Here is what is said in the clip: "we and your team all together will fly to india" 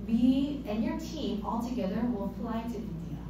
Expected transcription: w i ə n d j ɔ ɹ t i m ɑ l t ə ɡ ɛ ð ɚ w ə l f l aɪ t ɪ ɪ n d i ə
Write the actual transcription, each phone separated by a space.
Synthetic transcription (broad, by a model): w i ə n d j ɔ ɹ t i m ɑ l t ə ɡ ɛ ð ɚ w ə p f l aɪ t ɪ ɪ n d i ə